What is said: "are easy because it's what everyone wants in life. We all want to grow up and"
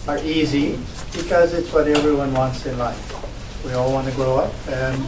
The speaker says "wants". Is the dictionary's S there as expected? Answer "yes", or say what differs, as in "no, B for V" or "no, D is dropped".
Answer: yes